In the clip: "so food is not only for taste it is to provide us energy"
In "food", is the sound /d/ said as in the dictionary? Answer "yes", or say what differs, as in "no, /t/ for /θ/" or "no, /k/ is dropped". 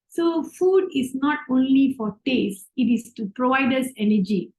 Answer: yes